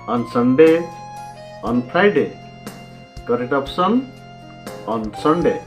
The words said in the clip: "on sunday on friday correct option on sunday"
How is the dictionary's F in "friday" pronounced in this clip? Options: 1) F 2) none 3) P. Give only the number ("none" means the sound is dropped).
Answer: 3